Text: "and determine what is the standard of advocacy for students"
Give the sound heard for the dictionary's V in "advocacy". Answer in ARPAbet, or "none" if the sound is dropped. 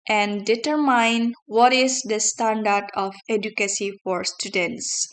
none